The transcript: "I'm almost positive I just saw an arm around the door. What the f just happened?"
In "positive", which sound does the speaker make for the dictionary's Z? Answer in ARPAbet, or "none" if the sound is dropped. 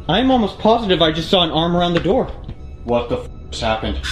Z